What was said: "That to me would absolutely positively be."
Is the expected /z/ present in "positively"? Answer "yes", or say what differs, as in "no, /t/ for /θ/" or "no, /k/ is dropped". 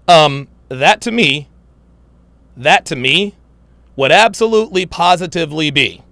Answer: yes